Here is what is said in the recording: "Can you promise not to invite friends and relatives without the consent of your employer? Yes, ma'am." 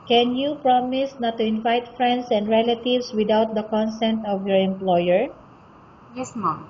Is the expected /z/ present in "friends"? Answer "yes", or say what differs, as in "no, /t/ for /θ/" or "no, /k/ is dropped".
no, /s/ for /z/